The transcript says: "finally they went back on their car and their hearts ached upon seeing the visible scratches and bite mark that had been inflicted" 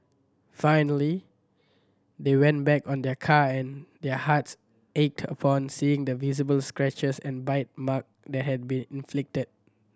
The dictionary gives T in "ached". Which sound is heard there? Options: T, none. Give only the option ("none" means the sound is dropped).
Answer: T